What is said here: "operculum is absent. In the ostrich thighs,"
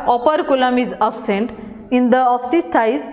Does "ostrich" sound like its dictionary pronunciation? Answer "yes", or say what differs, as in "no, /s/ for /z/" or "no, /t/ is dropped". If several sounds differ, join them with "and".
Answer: no, /ɹ/ is dropped